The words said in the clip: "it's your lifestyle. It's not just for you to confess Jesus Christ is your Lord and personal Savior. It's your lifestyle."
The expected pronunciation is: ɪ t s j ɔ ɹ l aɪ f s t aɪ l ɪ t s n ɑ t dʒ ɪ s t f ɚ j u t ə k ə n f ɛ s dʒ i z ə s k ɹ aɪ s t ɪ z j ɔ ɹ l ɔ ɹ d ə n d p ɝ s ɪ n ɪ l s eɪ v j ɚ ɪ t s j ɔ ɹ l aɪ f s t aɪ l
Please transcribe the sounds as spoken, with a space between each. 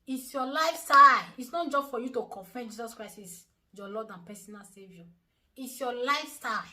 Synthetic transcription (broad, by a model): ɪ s j ɔ l aɪ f s t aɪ ɪ t s n ɑ t dʒ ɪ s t f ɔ j u t ə k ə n f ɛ dʒ i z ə s k ɹ aɪ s ɪ s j ɔ l ɔ d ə n p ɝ s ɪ n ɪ l s eɪ v j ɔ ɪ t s j ɔ l aɪ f s t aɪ